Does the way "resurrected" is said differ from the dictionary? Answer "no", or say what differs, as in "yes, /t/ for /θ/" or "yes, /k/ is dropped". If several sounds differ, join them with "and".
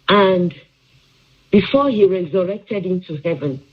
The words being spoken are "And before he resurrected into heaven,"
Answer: no